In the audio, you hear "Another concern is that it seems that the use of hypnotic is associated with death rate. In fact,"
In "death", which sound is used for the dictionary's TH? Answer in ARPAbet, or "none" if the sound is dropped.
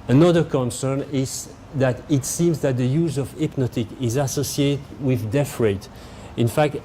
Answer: F